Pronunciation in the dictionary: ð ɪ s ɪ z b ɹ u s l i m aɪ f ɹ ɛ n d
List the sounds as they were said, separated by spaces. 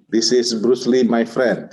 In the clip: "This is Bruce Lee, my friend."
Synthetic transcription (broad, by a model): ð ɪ s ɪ s b ɹ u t l i m aɪ f ɹ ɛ n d